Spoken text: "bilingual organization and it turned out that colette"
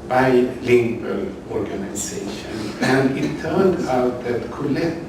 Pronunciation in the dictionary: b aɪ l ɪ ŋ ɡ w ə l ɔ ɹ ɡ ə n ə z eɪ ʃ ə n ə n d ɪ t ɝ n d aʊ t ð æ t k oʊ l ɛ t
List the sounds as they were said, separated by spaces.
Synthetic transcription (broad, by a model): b aɪ l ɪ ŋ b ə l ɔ ɹ ɡ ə n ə s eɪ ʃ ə n ə n d ɪ t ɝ n d aʊ t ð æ t k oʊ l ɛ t